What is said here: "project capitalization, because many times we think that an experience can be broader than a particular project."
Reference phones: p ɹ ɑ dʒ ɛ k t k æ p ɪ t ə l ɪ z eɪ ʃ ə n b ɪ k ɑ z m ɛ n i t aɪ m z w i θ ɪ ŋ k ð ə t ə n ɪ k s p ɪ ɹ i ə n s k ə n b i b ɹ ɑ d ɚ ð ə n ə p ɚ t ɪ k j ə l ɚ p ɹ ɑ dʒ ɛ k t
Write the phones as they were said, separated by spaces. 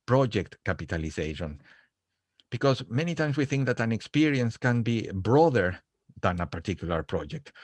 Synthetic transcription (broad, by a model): p ɹ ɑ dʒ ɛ k t k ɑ p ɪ t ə l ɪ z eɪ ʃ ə n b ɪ k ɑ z m ɛ n i t aɪ m s w i θ ɪ ŋ k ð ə t ə n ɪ k s p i ɹ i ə n s k ə n b i b ɹ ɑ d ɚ ð ə n ə p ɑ t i k j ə l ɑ p ɹ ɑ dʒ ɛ k t